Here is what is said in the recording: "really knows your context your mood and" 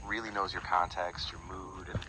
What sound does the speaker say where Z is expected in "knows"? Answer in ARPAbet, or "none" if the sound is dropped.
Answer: Z